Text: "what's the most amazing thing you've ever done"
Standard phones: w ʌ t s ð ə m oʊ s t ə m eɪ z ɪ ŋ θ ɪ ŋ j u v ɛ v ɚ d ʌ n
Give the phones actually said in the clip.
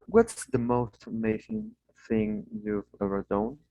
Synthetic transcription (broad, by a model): w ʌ t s ð ə m oʊ s t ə m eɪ s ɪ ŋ θ ɪ ŋ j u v ɛ v ɚ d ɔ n